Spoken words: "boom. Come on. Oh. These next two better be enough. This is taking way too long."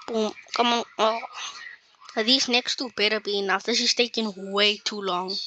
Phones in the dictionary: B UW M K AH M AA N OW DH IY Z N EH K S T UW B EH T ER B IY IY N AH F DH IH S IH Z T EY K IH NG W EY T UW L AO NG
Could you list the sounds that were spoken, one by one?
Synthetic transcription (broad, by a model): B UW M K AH M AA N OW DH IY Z N EH K S T UW B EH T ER B IY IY N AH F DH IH SH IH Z T EY K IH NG W EY T UW L AO NG